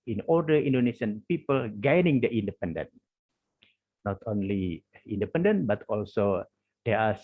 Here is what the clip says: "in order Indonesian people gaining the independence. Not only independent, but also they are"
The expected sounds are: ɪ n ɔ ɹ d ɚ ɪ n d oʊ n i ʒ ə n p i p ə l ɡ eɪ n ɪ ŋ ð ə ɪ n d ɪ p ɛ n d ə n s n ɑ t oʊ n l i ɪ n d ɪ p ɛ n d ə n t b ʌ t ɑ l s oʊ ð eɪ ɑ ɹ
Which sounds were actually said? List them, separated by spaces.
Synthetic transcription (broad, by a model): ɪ n ɔ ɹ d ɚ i n d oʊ n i s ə n p i p ə l ɡ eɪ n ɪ ŋ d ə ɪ n d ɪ p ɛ n d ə n n ɑ t oʊ n l i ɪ n d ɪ p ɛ n d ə n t b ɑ t ɑ l s oʊ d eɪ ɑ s